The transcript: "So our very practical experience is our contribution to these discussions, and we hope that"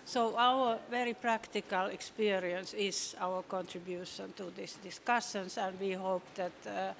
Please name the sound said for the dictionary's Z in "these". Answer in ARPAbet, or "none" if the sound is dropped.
S